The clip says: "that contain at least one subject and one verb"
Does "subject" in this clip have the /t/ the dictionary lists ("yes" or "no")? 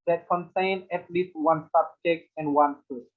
no